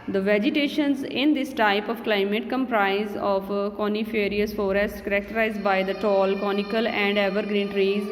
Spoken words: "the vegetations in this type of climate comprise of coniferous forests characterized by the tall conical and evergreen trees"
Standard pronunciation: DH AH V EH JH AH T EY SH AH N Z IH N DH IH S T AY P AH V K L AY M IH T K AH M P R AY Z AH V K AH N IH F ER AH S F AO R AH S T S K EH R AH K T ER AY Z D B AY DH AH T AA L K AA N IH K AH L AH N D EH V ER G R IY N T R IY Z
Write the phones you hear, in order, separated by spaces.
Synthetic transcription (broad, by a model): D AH V EH JH AH T EY SH AH N Z IH N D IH S T AY P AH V K L AY M IH T K AH M P R AY Z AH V K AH N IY F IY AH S F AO R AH S T K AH R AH K T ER AY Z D B AY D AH T AA L K AA N IH K AH L AH N D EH V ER G R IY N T R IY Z